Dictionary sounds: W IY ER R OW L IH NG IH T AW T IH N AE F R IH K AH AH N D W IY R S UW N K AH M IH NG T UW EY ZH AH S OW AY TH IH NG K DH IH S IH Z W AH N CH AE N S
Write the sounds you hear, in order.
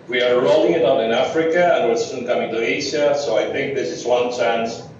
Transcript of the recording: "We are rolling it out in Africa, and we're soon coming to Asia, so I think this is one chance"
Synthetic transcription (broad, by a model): W IY ER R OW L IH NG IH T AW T IH N AE F R IH K AH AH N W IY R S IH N K AH M IH NG T UW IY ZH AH S OW AY TH IH NG K DH IH S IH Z W AH N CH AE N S